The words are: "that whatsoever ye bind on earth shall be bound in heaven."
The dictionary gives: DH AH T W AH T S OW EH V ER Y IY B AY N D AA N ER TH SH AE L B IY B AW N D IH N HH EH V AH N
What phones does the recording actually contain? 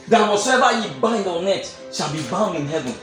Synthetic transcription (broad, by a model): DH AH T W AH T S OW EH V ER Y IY B AY N D AA N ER T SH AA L B IY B AW N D IH N HH EH V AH N